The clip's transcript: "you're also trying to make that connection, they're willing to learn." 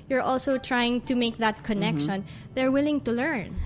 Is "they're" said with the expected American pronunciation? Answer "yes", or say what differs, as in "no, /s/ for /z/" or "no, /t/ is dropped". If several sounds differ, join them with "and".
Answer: yes